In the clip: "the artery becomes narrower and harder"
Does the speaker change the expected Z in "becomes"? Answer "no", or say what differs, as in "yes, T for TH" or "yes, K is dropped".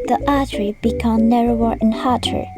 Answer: yes, Z is dropped